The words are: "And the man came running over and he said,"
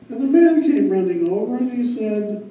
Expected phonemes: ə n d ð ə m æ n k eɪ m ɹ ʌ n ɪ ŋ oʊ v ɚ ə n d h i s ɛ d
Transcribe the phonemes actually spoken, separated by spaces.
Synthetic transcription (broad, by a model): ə n ð ə m æ n k eɪ m ɹ ʌ n ɪ ŋ oʊ v ɚ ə n i s ɛ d